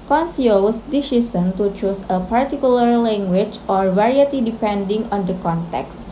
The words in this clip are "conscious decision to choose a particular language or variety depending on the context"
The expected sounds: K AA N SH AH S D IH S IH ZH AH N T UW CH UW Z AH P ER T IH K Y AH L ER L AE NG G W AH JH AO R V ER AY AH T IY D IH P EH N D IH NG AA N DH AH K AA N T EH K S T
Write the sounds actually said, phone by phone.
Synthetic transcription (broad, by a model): K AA N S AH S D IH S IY S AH N T UW CH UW S AH P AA T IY K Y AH L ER L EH NG G W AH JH AO R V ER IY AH T IY D IH P EH N D IH NG AA N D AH K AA N T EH K S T